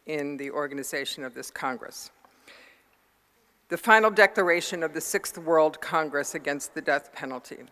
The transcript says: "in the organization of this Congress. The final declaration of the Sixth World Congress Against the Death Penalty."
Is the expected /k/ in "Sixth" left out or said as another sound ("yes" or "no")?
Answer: no